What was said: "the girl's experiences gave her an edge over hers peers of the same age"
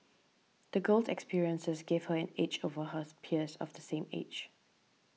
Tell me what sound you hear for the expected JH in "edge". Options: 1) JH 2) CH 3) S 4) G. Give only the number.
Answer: 2